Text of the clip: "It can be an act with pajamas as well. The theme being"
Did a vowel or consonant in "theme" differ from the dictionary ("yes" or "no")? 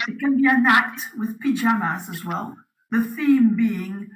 no